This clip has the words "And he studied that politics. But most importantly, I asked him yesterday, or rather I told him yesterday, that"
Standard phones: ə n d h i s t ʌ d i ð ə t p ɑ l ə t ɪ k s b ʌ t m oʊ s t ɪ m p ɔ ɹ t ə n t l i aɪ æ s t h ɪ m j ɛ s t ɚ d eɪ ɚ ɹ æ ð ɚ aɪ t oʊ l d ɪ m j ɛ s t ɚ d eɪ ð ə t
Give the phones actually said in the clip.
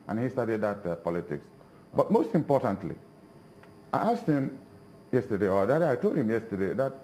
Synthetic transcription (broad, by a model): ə n h i s t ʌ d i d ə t p ɑ l ə t ɪ k s b ʌ t m oʊ s t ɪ m p ɔ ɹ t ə n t l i aɪ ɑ s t h ɪ m j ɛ s t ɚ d eɪ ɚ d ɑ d aɪ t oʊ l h ɪ m j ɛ s t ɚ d eɪ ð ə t